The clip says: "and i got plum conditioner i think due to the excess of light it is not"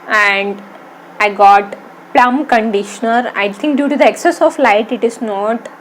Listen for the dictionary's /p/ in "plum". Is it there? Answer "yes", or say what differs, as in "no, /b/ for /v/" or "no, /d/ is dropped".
yes